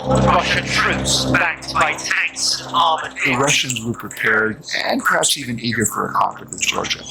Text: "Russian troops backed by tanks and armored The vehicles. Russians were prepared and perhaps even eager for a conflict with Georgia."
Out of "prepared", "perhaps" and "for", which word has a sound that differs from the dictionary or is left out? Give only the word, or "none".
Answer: none